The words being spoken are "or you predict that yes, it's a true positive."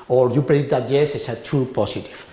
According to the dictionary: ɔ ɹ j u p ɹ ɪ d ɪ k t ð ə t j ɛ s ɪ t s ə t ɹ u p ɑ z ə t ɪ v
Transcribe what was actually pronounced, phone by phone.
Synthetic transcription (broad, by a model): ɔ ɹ j u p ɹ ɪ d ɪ t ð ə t j ɛ s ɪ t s ə t ɹ u p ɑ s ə t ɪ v